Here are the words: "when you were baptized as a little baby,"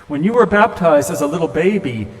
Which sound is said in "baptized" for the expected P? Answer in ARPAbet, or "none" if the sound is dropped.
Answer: P